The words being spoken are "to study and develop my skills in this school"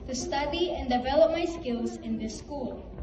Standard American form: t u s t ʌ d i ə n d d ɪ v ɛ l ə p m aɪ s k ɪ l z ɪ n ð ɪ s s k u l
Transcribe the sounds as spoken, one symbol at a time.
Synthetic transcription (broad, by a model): t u s t ʌ d i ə n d d ɪ v ɛ l ə p m aɪ s k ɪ l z ɪ n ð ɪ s s k u l